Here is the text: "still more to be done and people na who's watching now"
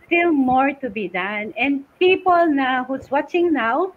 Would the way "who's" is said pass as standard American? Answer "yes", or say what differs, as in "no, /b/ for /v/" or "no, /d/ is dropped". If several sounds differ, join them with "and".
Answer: no, /s/ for /z/